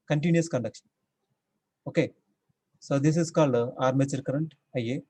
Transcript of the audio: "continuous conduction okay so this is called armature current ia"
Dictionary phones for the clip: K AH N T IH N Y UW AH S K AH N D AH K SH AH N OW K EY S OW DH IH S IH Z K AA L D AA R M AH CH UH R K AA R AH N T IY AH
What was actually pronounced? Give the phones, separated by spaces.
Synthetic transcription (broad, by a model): K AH N T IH N Y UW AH S K AH N D AH K SH AH N OW K EY S OW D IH S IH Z K AA L D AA R M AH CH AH R K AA R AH N T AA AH